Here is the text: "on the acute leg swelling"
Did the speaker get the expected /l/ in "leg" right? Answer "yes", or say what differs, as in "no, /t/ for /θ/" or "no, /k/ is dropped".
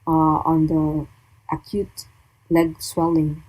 yes